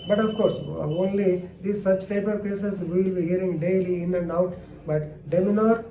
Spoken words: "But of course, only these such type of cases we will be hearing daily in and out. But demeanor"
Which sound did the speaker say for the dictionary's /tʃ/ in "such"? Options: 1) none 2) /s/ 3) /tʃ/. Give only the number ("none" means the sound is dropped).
3